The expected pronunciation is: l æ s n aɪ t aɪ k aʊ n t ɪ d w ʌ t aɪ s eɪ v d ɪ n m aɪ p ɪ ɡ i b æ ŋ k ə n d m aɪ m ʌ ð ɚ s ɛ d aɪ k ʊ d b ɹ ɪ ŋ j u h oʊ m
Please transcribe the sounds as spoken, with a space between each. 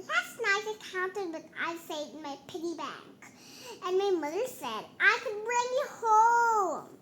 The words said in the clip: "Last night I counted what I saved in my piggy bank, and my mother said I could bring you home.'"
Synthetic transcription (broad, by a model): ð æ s n aɪ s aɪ k aʊ n t ɪ d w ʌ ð aɪ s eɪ d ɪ n m aɪ p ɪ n i b æ ŋ k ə n m aɪ m ʌ ð ɚ s ɛ d aɪ k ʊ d b ɹ ɪ ŋ j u h oʊ m